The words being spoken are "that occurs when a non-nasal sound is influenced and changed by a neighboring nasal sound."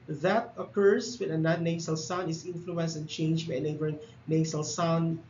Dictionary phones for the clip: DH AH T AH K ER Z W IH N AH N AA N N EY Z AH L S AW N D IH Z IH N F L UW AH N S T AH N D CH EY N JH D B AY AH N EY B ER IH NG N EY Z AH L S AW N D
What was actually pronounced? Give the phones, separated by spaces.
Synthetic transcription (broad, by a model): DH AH T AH K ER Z W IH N AH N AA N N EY S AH L S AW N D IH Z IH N F L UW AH N S AH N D CH EY N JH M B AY AH N EY B ER IH NG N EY S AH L S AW N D